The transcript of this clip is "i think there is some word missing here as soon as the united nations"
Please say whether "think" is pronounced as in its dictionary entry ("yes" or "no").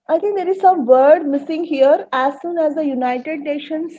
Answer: no